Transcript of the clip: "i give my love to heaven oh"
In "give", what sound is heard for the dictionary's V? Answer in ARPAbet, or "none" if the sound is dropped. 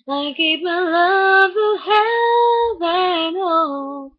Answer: P